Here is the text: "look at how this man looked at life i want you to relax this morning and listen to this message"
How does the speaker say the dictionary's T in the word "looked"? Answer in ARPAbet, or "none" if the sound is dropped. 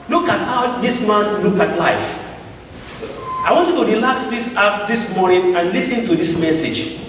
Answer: none